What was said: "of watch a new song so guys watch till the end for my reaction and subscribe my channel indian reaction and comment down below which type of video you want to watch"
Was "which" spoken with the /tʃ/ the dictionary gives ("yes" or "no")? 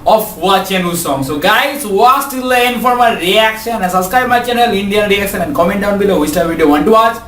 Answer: no